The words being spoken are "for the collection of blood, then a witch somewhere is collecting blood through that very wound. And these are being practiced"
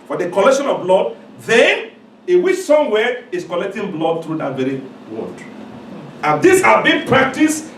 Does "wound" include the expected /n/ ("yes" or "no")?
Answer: no